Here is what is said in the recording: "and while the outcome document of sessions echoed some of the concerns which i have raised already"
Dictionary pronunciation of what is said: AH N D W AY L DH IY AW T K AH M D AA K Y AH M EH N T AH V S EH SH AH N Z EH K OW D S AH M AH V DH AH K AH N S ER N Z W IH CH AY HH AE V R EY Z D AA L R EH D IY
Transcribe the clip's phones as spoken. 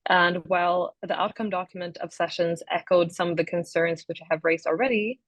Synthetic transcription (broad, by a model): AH N W AY L DH IY AW T K AH M D AA K Y AH M EH N T AH V S EH SH AH N Z EH K OW D S AH M AH V DH AH K AH N S ER N Z W IH CH AY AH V R EY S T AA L R EH D IY